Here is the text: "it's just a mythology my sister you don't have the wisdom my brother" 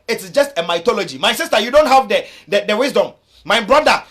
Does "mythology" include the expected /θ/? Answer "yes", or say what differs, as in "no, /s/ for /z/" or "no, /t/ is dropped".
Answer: no, /t/ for /θ/